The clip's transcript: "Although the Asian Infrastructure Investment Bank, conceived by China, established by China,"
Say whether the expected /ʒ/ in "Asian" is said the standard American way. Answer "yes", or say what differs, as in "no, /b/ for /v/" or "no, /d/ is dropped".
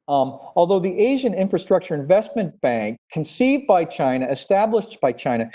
yes